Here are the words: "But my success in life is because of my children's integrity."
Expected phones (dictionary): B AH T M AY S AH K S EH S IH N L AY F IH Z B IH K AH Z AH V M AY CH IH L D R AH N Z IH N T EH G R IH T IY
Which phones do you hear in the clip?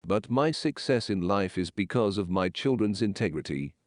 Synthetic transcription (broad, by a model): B AH T M AY S AH K S EH S IH N L AY F IH Z B IH K AH Z AH V M AY CH IH L D R AH N Z IH N T EH G R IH T IY